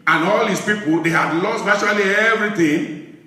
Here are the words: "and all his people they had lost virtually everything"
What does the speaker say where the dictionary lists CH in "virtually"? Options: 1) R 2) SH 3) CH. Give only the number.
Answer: 2